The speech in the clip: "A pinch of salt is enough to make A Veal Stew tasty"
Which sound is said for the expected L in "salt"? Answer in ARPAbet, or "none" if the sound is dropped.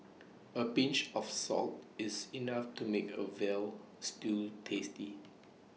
L